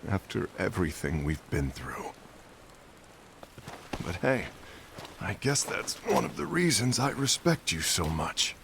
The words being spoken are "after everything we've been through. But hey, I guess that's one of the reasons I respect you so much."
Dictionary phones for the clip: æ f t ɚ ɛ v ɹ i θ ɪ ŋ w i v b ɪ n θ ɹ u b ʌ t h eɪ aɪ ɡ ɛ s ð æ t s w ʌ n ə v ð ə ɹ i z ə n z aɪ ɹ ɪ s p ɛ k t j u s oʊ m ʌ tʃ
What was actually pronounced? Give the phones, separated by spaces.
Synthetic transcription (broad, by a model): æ f t ɚ ɛ v ɹ i θ ɪ ŋ w i v b ɪ n θ ɹ u b ʌ t h eɪ aɪ ɡ ɛ s ð æ t s w ʌ n ə v ð ə ɹ i z ə n z aɪ ɹ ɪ s p ɛ k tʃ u s oʊ m ʌ tʃ